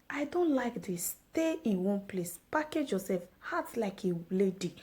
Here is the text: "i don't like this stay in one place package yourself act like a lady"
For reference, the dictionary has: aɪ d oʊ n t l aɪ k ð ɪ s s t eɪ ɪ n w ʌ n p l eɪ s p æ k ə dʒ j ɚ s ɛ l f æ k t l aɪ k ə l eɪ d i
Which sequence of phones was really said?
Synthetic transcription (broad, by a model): aɪ d oʊ n t l aɪ k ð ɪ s s t eɪ ɪ n w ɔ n p l eɪ s p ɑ k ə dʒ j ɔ s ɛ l f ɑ t l aɪ k ə l eɪ d i